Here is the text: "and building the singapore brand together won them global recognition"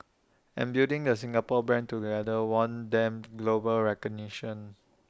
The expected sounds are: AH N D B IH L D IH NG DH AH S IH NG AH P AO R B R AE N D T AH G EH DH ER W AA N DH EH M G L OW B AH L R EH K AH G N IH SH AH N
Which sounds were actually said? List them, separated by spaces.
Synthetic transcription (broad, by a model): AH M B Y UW D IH NG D AH S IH NG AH P AO B R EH N T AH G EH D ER W AA N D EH M G L OW B AH L R EH K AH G N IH SH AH N